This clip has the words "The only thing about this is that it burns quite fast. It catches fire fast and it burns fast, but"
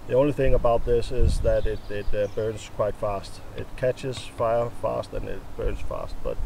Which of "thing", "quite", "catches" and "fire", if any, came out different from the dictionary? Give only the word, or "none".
none